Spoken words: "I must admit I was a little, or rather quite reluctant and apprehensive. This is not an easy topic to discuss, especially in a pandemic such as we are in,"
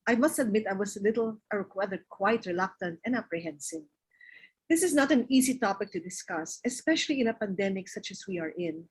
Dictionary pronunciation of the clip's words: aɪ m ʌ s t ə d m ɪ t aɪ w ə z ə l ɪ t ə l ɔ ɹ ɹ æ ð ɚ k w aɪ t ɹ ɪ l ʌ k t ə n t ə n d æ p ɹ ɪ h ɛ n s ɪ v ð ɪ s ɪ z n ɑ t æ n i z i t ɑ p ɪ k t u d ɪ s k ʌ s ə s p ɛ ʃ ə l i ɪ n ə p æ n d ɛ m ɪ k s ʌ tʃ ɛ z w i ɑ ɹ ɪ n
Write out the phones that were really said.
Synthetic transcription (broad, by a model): aɪ m ʌ s t ə d m ɪ t aɪ w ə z ə l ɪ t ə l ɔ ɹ w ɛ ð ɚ k w aɪ t ɹ ɪ l ʌ k t ə n t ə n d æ p ɹ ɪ h ɛ n s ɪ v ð ɪ s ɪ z n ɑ t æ n i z i t ɑ p ɪ k t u d ɪ s k ʌ s ə s p ɛ ʃ ə l i ɪ n ə p æ n d ɛ m ɪ k s ʌ tʃ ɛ s w i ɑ ɹ ɪ n